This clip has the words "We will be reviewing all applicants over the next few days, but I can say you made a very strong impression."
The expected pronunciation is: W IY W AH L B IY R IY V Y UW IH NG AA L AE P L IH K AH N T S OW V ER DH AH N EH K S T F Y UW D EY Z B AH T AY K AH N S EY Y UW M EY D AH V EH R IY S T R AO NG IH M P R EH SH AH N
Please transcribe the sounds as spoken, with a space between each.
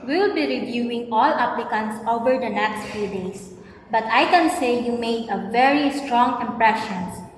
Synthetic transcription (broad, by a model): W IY L B IY R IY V Y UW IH NG AA L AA P L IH K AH N T S OW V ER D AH N EH K S T F Y UW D EY S B AH T AY K AH N S EY Y UW M EY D AH V EH R IY S T R AO NG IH M P R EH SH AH N